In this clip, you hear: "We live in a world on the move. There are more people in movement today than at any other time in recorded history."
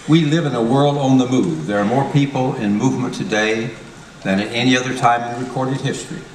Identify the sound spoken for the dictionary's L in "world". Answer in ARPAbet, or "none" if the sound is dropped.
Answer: L